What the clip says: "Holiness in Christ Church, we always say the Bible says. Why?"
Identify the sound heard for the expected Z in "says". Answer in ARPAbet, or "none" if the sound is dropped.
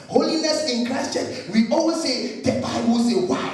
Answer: none